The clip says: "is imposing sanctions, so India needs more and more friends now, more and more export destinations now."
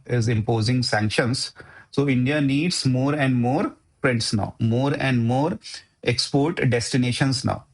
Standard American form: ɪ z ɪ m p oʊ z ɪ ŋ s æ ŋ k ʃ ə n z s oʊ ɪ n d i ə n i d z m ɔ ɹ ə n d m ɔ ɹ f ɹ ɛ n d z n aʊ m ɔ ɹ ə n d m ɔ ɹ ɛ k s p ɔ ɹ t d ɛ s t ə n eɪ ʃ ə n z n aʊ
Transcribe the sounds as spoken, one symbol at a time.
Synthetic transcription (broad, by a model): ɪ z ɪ m p oʊ z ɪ ŋ s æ ŋ k ʃ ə n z s oʊ ɪ n d i ə n i d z m ɔ ɹ ə n d m ɔ ɹ p ɹ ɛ n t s n aʊ m ɔ ɹ ə n d m ɔ ɹ ɛ k s p ɔ ɹ t d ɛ s t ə n eɪ ʃ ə n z n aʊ